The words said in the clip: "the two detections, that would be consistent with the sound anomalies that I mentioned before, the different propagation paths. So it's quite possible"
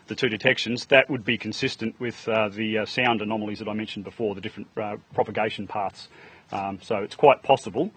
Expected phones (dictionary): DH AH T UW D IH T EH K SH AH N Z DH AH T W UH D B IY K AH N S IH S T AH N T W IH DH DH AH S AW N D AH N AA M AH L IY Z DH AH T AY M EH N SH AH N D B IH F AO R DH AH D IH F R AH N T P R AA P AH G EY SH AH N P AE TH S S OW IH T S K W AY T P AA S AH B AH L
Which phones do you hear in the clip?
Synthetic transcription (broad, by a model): DH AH T UW D IH T EH K SH AH N Z DH AH T W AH D B IY K N S IH S T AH N T W IH DH DH AH S AW N D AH N AA M L IY Z DH AH T AY M EH N SH N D B IH F AO R DH AH D IH F R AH N P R AA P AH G EY SH N P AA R S S OW IH T S K W AY T P AA S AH B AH L